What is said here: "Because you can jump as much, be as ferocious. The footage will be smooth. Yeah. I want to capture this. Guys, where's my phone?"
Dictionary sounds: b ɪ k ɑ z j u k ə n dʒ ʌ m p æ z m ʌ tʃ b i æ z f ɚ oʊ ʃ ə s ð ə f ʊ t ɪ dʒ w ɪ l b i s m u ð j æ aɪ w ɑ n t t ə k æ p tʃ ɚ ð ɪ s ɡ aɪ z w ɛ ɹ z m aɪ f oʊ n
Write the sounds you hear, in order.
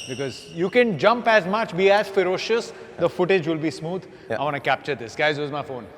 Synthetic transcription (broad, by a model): b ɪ k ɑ z j u k ə n dʒ ʌ m p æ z m ʌ tʃ b i æ z f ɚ oʊ ʃ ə s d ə f ʊ t ɪ dʒ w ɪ l b i s m u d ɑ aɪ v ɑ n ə k æ p tʃ ɚ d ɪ s ɡ aɪ z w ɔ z m aɪ f oʊ n